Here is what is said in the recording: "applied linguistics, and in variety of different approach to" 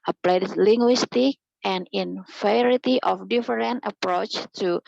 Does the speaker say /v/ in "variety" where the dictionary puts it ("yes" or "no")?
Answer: no